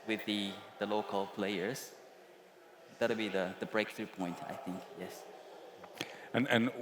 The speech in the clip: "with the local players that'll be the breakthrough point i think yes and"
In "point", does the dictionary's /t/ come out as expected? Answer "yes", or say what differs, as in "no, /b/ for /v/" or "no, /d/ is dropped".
yes